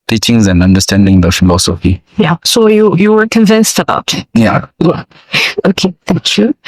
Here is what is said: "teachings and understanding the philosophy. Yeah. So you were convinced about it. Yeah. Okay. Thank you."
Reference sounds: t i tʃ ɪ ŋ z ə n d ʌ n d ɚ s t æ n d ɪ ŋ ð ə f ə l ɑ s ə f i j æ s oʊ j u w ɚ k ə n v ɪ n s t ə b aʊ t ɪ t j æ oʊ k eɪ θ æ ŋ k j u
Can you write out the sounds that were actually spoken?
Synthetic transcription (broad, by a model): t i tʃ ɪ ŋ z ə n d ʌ n d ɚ s t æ n d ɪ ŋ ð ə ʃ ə n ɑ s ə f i j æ s oʊ j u w ɚ k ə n v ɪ n s t ə b aʊ t ɪ t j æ oʊ k eɪ θ æ ŋ k j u